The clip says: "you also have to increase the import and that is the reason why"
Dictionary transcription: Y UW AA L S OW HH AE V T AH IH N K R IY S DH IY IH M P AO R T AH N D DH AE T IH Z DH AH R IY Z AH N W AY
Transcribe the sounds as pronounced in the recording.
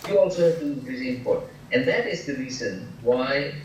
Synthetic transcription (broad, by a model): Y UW AA L S OW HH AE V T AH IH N R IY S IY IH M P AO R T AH N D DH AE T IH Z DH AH R IY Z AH N W AY